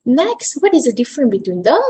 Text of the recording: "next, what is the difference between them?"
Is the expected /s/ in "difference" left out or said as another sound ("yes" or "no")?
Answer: yes